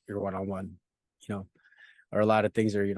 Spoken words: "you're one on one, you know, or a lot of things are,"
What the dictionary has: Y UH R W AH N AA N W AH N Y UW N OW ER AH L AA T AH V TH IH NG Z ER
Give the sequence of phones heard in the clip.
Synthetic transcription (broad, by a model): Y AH R W AH N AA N W AH N Y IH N OW ER AH L AA T AH V TH IH NG Z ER